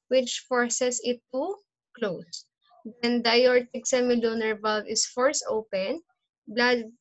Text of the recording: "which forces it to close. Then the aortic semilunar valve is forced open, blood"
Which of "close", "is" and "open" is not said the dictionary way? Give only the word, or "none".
is